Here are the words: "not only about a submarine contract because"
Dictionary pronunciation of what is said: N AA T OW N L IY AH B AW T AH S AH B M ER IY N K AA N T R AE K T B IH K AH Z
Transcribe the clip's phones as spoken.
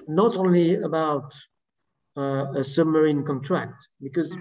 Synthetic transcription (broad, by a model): N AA T OW N L IY AH B AW T AH S AH B M ER IY N K AA N T R AE K T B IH K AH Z